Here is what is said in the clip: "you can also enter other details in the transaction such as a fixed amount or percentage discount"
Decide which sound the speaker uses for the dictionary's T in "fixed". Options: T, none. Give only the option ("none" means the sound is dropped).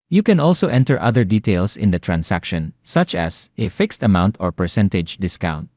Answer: T